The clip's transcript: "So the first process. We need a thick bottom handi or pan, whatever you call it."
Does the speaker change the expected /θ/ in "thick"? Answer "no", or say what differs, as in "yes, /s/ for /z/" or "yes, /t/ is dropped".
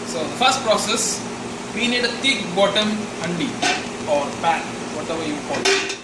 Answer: yes, /t/ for /θ/